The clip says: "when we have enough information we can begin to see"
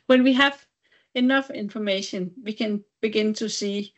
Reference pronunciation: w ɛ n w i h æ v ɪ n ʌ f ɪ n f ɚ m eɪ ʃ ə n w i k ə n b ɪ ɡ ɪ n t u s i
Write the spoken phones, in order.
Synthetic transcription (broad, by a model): w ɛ n w i h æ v ɪ n ʌ f ɪ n f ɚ m eɪ ʃ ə n w i k ə n b ɪ ɡ ɪ n t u s i